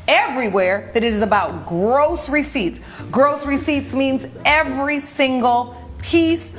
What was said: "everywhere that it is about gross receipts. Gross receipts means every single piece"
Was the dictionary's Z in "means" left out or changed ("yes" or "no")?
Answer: no